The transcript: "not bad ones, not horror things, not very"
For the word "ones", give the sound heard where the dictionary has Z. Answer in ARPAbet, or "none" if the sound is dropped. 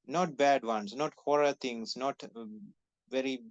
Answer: S